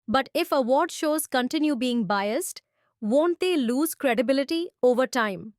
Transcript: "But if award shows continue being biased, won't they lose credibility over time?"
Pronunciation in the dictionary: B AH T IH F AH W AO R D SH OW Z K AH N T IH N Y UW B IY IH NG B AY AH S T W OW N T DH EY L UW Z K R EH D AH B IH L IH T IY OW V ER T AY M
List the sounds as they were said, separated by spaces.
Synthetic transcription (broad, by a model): B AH T IH F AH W AO R D SH OW Z K AH N T IH N Y UW B IY IH NG B AY AH S T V OW N T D EY L UW Z K R EH D AH B IH L IH T IY OW V ER T AY M